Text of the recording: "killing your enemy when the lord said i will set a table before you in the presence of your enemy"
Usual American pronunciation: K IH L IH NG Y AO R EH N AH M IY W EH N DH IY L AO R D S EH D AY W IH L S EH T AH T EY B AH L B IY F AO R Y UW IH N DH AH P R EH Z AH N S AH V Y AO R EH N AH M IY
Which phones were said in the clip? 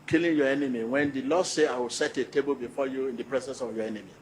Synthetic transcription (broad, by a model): K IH L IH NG Y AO EH N AH M IY W EH N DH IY L AO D S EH AY W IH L S EH T AH T EY B AH L B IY F AO Y UW IH N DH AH P R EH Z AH N S AH V Y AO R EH N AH M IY